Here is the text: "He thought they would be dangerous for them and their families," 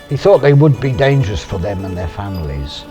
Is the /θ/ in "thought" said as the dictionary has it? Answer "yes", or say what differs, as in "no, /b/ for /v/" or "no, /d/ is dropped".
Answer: yes